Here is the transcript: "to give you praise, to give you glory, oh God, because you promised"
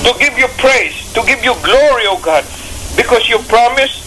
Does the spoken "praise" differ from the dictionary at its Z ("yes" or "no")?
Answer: yes